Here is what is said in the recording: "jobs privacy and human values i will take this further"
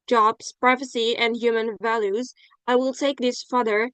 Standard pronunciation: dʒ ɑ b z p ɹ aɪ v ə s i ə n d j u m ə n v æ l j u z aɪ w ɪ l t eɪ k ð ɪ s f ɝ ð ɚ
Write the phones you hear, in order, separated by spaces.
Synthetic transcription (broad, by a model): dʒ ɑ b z p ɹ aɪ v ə s i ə n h j u m ə n v æ l j u z aɪ w ɪ l t eɪ k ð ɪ s f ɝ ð ɚ